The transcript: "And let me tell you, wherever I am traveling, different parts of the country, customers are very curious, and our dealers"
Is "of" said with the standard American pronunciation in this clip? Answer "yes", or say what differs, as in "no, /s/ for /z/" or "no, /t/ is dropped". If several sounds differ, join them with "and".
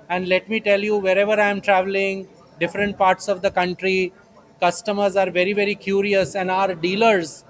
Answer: yes